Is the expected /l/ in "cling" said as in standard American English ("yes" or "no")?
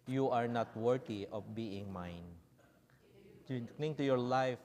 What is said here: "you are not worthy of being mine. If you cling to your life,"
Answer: no